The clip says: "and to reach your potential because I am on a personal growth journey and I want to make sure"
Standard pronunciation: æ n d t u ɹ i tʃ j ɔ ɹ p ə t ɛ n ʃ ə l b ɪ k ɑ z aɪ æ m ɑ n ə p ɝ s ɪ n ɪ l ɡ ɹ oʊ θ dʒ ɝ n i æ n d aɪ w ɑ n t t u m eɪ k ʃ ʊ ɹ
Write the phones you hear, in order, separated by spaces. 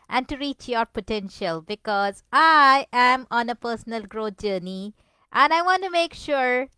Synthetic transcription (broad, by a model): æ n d t u ɹ i tʃ j ɔ ɹ p ə t ɛ n ʃ ə l b ɪ k ɑ z aɪ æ m ɑ n ə p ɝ s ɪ n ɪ l ɡ ɹ oʊ t dʒ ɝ n i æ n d aɪ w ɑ n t t u m eɪ k ʃ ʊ ɹ